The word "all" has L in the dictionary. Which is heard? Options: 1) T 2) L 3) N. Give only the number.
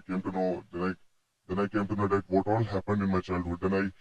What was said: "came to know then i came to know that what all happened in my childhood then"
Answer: 2